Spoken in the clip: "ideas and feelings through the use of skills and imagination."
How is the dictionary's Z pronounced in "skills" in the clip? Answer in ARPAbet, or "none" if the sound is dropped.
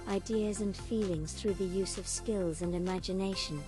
Z